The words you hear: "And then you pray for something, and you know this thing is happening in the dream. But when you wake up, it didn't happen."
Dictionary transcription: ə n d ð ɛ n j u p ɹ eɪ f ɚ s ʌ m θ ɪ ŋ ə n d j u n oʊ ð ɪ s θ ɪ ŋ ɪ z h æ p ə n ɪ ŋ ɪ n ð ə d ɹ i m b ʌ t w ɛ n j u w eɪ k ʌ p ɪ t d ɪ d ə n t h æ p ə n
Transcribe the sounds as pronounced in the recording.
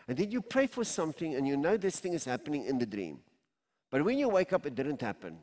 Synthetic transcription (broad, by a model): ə n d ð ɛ n j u p ɹ eɪ f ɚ s ʌ m θ ɪ ŋ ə n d j u n oʊ ð ɪ s θ ɪ ŋ ɪ z h æ p ə n ɪ ŋ ɪ n ð ə d ɹ i m b ʌ t w ɛ n j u w eɪ k ʌ p ɪ t d ɪ d ə n t h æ p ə n